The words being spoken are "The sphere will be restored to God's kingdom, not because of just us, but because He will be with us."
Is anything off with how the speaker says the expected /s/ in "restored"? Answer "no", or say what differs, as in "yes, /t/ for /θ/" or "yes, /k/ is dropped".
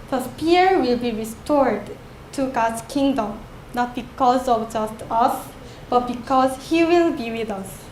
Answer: no